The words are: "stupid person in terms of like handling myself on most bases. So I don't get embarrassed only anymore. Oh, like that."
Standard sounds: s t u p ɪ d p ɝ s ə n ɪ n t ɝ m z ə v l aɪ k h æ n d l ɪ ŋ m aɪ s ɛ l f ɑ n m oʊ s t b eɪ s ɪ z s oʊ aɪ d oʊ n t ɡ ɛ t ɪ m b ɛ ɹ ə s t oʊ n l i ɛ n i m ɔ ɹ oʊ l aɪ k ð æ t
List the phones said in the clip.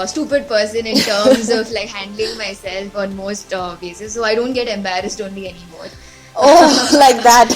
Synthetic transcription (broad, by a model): s t u p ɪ d p ɝ s ə n ɪ n t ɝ m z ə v l aɪ k h æ n d l ɪ ŋ m aɪ s ɛ l f ɑ n m oʊ s t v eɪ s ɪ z s oʊ aɪ d oʊ n t ɡ ɛ t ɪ m b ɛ ɹ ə s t oʊ n l i ɛ n i m ɔ ɹ oʊ l aɪ k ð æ t